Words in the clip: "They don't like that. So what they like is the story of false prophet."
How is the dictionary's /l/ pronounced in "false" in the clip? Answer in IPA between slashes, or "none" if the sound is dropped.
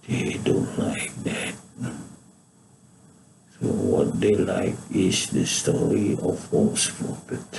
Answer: none